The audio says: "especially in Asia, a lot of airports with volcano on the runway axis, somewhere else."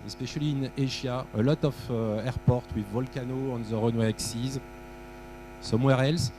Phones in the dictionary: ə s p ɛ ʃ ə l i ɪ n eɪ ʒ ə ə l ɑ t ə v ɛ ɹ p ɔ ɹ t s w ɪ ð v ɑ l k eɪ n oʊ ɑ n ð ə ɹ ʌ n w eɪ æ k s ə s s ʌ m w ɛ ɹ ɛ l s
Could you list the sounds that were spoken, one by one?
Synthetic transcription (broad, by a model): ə s p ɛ ʃ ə l i ɪ n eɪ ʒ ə ə l ɑ t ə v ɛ ɹ p ɔ ɹ t w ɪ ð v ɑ l k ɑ n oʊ ɑ n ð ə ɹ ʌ n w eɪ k s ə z s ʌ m w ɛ ɹ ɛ l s